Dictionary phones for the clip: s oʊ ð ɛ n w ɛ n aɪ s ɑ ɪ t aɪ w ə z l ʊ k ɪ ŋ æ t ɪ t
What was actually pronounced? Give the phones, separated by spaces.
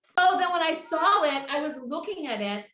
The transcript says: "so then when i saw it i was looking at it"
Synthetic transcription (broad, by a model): s oʊ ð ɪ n w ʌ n aɪ s ɑ ɪ t aɪ w ə z l ʊ k ɪ ŋ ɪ t ɪ t